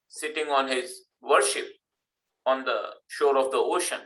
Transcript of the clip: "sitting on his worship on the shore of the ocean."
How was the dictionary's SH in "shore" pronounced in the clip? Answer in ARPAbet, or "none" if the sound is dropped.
SH